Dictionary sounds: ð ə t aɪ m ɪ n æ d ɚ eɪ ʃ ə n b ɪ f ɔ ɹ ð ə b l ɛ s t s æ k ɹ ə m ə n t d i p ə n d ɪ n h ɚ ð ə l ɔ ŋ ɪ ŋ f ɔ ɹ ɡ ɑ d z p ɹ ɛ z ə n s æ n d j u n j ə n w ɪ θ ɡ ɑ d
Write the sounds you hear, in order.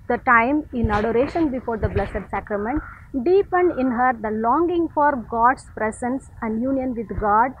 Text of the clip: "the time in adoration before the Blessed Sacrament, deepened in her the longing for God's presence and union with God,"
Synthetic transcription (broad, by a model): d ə t aɪ m ɪ n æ d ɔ eɪ ʃ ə n b ɪ f ɔ ɹ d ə b l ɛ s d s æ k ɹ ə m ə n t d i p ə n d ɪ n h ɚ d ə l ɔ ŋ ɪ ŋ f ɔ ɹ ɡ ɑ d s p ɹ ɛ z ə n s æ n d j u n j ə n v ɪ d ɡ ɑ d